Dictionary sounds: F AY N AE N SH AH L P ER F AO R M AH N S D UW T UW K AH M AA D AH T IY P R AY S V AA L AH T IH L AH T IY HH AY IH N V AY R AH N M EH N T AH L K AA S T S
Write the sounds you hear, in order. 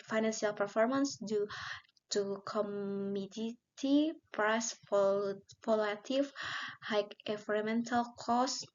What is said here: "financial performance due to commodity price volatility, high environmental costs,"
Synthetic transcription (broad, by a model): F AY N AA N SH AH L P ER F AO R M AH N S D UW T UW K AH M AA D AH T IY P R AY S P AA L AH T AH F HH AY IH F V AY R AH M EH N T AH L K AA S S